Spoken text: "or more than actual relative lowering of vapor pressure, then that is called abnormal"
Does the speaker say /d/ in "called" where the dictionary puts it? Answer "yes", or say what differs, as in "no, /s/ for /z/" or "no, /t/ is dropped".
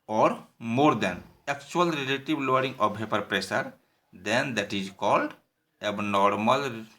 yes